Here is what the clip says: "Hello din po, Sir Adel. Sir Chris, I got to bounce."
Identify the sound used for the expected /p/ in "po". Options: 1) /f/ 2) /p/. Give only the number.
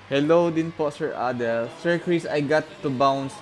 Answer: 2